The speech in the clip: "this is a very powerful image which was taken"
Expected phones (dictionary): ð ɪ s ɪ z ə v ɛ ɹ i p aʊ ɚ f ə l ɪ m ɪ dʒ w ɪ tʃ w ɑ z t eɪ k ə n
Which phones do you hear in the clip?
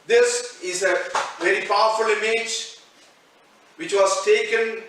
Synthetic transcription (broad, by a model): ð ɪ s ɪ z ə v ɛ ɹ i p aʊ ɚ f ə l ɪ m ɪ dʒ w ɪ tʃ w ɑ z t eɪ k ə n